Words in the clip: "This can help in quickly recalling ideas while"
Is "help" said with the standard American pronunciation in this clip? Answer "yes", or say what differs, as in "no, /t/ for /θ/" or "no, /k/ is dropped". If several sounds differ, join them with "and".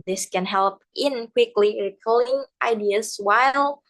yes